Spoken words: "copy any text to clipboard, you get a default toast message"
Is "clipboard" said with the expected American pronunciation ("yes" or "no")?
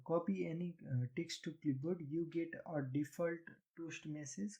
no